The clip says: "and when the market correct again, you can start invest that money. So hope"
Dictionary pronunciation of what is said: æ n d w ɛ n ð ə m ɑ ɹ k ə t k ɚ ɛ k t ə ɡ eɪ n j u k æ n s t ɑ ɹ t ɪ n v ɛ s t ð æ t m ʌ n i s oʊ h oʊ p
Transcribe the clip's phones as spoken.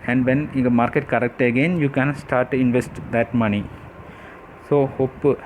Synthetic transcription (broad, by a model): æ n d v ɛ n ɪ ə m ɑ ɹ k ə t k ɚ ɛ k t ə ɡ eɪ n j u k æ n s t ɑ ɹ t ɪ n v ɛ s t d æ t m ʌ n i s oʊ h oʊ p